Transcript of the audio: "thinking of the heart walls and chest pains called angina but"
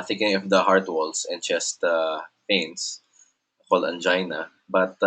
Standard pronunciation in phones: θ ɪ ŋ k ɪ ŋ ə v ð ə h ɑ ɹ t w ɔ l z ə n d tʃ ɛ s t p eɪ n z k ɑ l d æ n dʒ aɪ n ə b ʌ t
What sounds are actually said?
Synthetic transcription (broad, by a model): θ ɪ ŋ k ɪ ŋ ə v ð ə h ɑ ɹ t w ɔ l s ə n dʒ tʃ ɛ s t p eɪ n s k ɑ l æ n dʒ aɪ n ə b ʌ t